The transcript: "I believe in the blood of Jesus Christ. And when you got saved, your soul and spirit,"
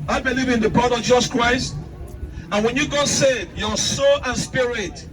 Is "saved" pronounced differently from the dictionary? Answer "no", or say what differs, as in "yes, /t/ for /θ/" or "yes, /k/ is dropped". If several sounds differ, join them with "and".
yes, /v/ is dropped